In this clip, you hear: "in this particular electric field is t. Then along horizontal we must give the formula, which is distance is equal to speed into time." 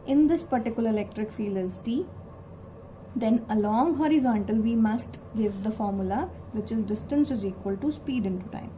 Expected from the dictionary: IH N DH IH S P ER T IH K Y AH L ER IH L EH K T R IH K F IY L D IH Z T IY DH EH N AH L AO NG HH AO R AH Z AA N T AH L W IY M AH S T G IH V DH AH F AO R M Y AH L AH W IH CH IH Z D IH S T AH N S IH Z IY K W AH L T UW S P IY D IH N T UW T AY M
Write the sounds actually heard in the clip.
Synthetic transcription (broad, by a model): IH N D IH S P ER T IH K Y AH L ER IH L EH K T R IH K F IY L IH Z T IY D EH N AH L AO NG HH AO R AH Z AA N T AH L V IY M AH S T G IH V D AH F AO R M Y AH L AH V IH CH IH Z D IH S T AH N S IH Z IY K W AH L T UW S P IY D IH N T UW T AY M